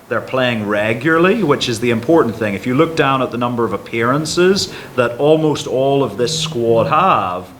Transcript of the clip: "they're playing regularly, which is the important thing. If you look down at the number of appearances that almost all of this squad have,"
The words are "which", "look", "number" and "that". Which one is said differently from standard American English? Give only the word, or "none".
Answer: none